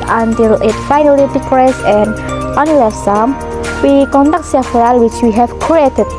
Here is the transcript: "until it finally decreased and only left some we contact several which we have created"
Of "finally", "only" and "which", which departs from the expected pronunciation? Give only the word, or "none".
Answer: only